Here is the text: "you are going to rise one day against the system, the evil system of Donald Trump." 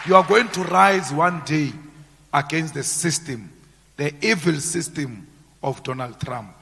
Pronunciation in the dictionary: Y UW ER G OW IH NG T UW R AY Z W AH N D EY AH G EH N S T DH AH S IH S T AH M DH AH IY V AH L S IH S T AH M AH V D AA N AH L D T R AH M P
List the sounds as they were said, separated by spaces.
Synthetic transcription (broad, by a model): Y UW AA G OW IH NG T UW R AY Z W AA N D EY AH G EH N S T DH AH S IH S T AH M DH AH IY V AH L S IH S T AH M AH F D AA N AH L D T R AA M P